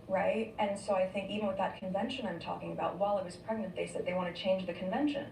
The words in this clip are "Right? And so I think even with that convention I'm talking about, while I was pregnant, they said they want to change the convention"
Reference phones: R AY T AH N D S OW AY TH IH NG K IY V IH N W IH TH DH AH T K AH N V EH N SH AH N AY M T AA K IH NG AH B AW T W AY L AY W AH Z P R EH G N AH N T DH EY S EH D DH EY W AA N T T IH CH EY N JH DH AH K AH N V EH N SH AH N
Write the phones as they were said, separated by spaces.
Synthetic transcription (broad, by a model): R AY T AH N S OW AY TH IH NG K IY V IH N W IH DH AH T K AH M V EH N SH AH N AY M T AA K IH NG AH B AW T W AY L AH W AH Z P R EH G N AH N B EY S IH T DH EY W AA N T T IH CH EY N JH DH AH K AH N V EH N SH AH N